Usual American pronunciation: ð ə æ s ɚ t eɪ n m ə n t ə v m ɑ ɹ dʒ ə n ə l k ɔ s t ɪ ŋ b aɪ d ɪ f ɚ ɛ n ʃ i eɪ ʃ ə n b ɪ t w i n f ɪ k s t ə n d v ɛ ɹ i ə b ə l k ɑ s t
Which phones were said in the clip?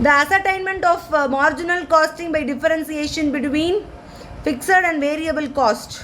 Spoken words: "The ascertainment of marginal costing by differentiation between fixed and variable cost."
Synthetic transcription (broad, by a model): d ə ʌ s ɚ t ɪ n m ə n t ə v m ɑ ɹ dʒ ə n ə l k ɔ s t ɪ ŋ b aɪ d ɪ f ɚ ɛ n s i eɪ ʃ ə n b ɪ t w i n f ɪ k s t ə n d v ɛ ɹ i ə b ə l k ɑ s t